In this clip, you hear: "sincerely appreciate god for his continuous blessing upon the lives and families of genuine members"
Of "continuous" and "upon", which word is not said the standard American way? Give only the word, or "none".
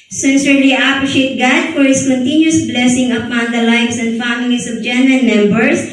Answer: none